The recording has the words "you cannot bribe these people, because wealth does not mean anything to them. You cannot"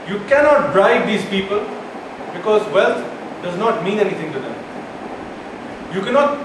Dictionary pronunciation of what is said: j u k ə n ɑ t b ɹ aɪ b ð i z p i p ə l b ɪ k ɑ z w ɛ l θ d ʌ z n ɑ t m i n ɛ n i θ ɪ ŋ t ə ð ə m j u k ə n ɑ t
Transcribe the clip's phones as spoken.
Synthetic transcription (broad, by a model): j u k ə n ɑ t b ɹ aɪ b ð i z p i p ə l b ɪ k ɑ z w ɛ l t d ʌ z n ɑ t m i n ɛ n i t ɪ ŋ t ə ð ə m j u k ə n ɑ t